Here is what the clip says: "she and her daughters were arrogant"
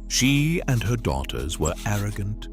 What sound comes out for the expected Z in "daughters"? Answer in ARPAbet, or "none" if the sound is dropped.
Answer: Z